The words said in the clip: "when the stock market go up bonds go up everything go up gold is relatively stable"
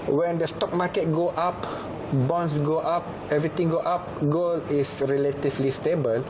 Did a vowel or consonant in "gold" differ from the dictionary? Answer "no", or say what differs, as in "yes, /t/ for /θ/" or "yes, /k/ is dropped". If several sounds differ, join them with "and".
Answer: yes, /d/ is dropped